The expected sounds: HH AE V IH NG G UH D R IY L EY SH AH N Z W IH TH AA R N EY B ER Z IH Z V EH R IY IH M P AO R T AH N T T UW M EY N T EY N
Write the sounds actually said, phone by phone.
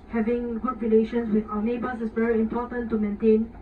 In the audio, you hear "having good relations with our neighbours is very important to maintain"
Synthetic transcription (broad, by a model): HH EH V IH NG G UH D R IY L EY SH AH N S W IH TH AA N EY B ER S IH S V EH R IY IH M P AO T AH N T T UW M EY N T EY N